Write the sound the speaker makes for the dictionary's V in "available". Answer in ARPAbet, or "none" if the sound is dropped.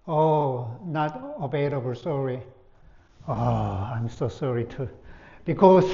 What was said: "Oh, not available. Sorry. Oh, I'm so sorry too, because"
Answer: B